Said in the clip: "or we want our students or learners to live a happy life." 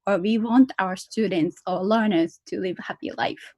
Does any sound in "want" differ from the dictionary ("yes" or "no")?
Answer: no